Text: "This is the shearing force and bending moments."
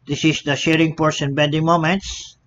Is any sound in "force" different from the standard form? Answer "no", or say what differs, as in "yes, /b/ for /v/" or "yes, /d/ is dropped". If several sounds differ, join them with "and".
yes, /p/ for /f/